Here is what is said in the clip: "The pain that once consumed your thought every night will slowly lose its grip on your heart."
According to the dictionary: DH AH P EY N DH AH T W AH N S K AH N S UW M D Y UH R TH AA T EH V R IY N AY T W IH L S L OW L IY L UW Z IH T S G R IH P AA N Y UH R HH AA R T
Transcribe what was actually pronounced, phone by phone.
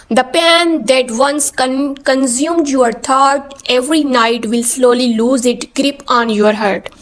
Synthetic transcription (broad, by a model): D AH P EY N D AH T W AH N S K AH N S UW M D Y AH R T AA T EH V R IY N AY T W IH L S L OW L IY L UW Z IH T G R IH P AA N Y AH R HH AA R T